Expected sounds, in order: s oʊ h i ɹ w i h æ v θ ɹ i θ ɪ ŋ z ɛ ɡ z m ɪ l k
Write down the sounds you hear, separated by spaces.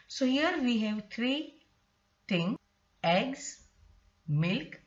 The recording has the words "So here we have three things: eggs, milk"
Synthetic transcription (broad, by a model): s oʊ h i ɹ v i h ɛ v t ɹ i t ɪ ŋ ɛ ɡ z m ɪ l k